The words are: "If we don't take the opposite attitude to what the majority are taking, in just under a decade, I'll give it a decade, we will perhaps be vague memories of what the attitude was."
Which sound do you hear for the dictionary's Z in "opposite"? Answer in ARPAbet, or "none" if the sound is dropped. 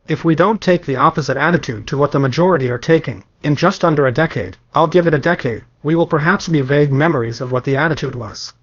Z